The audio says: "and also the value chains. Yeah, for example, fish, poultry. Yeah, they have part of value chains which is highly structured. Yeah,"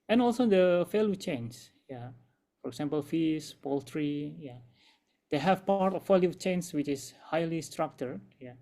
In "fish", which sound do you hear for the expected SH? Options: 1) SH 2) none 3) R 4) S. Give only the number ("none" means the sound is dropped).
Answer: 4